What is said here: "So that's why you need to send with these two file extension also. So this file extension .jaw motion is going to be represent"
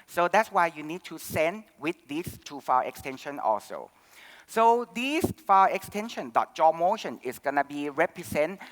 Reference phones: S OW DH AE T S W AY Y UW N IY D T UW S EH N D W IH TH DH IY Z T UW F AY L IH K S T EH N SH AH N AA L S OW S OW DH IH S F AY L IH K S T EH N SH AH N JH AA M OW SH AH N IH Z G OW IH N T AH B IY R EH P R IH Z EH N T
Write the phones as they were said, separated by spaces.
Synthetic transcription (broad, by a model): S OW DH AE T S W AY Y UW N IY D T UW S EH N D W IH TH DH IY S T UW F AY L IH K S T EH N SH AH N AA L S OW S OW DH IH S F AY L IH K S T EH N SH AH N JH AA M OW SH AH N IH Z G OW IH N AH B IY R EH P R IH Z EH N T